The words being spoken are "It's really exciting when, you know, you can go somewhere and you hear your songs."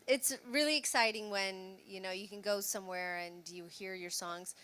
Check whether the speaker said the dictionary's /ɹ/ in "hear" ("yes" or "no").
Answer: yes